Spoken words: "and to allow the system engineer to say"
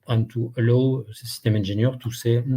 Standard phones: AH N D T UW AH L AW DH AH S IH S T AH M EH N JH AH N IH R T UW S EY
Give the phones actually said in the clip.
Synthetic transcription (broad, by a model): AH N T UW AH L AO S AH S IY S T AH M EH N ZH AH N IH R T UW S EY